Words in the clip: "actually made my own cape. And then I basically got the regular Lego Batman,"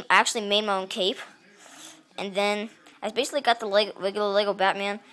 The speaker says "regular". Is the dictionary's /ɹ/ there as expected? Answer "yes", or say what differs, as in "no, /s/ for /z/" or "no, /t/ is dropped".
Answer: no, /l/ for /ɹ/